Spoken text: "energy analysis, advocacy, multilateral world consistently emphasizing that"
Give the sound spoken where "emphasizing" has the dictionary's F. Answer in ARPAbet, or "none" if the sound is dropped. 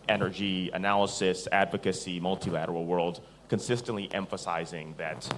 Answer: F